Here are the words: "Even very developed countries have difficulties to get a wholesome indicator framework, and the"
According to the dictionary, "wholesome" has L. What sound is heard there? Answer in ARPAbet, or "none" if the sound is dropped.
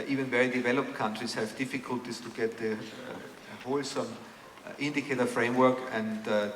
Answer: L